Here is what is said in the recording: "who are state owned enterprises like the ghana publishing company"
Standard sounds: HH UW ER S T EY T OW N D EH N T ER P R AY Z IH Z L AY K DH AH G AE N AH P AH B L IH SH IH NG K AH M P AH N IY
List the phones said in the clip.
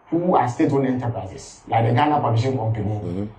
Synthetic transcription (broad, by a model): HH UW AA S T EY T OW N EH N T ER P R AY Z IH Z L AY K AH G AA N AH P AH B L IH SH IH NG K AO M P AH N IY